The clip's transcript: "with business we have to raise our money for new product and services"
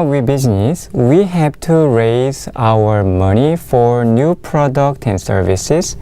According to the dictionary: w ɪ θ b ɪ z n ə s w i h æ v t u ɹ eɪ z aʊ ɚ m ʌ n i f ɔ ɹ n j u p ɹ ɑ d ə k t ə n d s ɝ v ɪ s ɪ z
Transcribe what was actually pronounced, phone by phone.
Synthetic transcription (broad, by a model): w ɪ b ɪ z n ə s w i h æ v t u ɹ eɪ z aʊ ɚ m ʌ n i f ɔ ɹ n j u p ɹ ɑ d ə k t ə n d s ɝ v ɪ s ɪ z